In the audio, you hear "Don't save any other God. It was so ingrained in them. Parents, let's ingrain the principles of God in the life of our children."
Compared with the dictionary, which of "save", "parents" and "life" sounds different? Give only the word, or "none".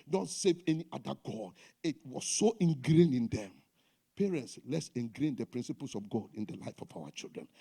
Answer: none